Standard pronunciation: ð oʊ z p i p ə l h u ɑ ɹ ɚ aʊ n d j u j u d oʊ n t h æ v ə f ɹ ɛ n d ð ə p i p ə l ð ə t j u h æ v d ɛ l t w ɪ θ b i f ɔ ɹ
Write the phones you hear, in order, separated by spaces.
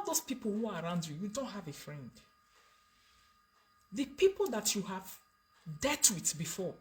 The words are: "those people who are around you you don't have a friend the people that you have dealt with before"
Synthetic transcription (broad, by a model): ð oʊ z p i p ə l h u ɑ ɹ aʊ n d j u j u d oʊ n t h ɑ v ə f ɹ ɛ n d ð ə p i p ə l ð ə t j u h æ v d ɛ t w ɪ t b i f ɔ